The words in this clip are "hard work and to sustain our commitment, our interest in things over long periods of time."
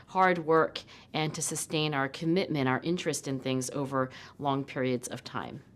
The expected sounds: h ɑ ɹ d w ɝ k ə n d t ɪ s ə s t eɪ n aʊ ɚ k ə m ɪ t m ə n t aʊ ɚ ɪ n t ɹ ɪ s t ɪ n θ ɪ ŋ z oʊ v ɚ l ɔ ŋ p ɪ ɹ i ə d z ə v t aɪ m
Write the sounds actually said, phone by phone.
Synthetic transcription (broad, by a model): h ɑ ɹ d w ɝ k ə n t ɪ s ə s t eɪ n aʊ ɚ k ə m ɪ t m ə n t aʊ ɚ ɪ n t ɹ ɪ s t ɪ n θ ɪ ŋ z oʊ v ɚ l ɔ ŋ p ɪ ɹ i ə d z ə v t aɪ m